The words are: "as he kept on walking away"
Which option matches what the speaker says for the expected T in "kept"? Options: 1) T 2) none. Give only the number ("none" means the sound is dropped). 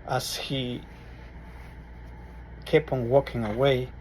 2